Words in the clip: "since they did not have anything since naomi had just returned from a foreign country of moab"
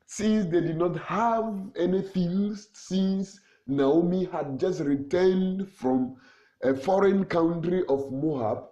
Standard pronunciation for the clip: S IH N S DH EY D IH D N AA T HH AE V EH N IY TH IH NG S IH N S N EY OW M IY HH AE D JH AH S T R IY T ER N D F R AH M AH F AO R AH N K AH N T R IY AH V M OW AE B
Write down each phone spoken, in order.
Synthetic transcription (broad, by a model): S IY N S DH EY D IH D N AA T HH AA V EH N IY F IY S S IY N S N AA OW M IY HH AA D JH AH S T R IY T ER N D F R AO M AH F AO R AH N K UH N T R IY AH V M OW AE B